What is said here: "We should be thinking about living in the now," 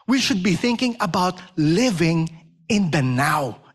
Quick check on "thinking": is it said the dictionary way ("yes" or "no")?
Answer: yes